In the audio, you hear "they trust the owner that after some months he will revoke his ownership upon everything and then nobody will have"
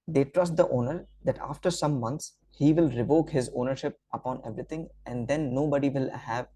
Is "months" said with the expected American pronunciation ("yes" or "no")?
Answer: no